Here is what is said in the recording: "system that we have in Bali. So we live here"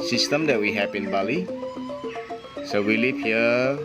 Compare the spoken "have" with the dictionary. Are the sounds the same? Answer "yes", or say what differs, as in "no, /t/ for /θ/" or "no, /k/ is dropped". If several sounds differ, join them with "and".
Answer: no, /p/ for /v/